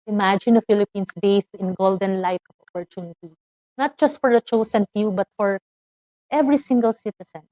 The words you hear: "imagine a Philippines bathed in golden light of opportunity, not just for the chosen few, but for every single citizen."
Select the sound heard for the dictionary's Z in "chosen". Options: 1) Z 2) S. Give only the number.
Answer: 2